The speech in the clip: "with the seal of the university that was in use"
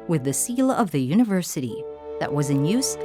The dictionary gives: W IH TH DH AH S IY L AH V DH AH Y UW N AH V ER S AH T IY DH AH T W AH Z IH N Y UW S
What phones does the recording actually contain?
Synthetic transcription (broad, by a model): W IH DH AH S IY L AH V DH AH Y UW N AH V ER S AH T IY DH AH T W AH Z IH N Y UW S